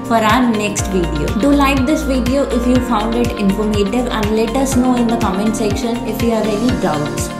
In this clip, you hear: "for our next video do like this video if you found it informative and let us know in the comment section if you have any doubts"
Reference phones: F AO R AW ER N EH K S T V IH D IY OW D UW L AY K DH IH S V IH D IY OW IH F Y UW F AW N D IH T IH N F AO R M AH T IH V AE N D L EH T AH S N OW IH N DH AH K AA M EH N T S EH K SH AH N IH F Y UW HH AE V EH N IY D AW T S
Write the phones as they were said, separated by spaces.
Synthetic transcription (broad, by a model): F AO R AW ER N EH K S T V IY D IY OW D UW L AY K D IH S V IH D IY OW IH F Y UW F AW N D IH T IH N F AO R M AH T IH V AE N D L EH T AH S N OW IH N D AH K AA M EH N T S EH K SH AH N IH F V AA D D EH L IY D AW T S